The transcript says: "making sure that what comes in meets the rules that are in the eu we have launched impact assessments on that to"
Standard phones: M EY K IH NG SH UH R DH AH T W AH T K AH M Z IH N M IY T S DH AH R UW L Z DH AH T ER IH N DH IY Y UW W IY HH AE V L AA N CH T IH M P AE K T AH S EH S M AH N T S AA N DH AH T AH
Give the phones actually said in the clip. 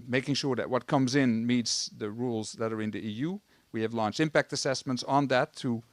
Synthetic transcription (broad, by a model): M EY K IH NG SH UH R DH AH T W AH T K AH M Z IH N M IY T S DH AH R UW L Z DH AH T ER IH N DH IY Y UW W IY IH V L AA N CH IH M P AE K T AH S EH S M AH N T S N DH AH T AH